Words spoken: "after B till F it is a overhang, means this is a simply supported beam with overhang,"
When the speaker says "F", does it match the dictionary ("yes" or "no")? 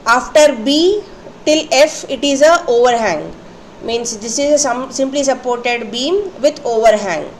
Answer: yes